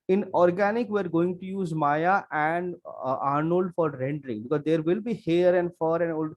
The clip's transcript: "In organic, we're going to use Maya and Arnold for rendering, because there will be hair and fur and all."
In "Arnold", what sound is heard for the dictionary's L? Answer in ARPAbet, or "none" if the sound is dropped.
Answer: L